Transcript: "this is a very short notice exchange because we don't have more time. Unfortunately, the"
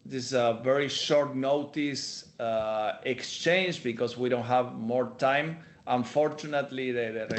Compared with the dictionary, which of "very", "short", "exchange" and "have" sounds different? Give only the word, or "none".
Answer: none